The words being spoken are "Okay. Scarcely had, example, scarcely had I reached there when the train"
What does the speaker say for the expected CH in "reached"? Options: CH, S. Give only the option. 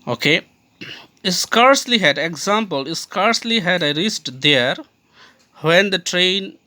S